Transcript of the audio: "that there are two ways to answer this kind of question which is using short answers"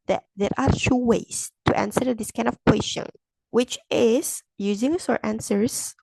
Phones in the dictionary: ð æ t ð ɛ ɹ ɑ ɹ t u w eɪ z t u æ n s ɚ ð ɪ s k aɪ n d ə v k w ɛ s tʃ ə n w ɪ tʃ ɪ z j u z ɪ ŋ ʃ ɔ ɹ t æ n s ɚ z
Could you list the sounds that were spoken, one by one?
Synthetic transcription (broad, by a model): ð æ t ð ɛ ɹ ɑ ɹ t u w eɪ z t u æ n s ɚ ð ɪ s k aɪ n d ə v k w ɛ s tʃ ə n w ɪ tʃ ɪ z j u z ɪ ŋ s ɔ ɹ t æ n s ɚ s